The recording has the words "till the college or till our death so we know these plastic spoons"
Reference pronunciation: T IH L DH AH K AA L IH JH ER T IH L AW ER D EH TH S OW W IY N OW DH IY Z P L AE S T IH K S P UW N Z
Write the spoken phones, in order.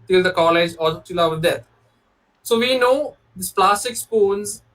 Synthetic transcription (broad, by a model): T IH L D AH K AA L IH JH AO T IH L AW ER D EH T S OW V IY N OW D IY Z P L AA S T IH K S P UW N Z